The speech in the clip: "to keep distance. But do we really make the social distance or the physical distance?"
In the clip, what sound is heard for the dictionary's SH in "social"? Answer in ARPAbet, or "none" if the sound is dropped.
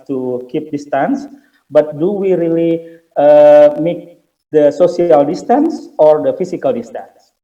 S